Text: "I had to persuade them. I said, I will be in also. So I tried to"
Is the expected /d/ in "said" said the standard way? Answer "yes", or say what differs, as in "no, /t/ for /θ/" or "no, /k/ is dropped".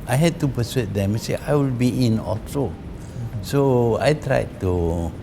no, /d/ is dropped